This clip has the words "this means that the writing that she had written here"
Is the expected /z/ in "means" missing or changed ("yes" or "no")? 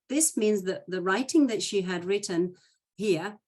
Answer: no